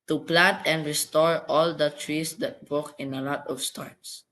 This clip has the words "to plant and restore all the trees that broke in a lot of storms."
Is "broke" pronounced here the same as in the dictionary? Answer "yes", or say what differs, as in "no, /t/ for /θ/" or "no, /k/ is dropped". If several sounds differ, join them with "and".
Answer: no, /ɹ/ is dropped